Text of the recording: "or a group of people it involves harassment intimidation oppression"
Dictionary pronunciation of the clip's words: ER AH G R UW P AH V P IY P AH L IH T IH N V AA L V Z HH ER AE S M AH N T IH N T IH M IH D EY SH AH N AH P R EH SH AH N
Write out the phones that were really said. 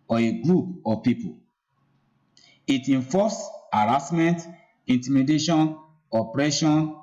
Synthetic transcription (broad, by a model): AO AH G R UW P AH P IY P AH L IH T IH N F AA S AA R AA S M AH N T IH N T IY M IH D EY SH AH N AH P R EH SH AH N